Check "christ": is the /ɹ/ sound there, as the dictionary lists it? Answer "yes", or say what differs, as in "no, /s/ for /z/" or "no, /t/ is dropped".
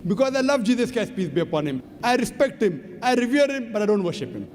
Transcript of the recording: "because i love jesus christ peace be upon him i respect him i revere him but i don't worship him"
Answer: no, /ɹ/ is dropped